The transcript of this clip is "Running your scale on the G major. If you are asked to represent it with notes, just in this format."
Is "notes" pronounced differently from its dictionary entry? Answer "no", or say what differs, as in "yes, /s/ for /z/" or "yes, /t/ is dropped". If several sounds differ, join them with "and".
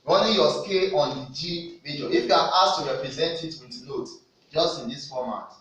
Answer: yes, /s/ is dropped